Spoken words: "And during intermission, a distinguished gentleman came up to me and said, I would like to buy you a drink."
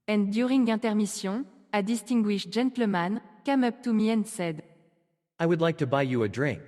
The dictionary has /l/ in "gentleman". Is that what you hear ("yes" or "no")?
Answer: no